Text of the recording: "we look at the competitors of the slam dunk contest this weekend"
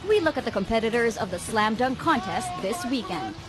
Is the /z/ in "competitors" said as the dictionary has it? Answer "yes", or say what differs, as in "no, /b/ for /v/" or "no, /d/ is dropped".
yes